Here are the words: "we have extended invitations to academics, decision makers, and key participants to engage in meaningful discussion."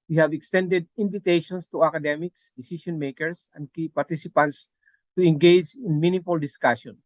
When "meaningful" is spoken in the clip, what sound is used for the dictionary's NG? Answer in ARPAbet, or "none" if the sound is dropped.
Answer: none